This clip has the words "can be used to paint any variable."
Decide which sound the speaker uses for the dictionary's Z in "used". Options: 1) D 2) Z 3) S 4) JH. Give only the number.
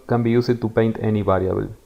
3